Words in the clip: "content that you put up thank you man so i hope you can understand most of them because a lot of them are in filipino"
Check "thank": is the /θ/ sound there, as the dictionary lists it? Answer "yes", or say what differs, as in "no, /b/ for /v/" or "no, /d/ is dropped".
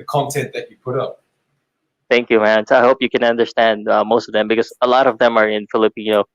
yes